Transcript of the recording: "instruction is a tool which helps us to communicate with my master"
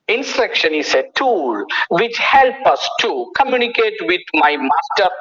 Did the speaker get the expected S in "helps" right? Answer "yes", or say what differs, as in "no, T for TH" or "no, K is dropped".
no, S is dropped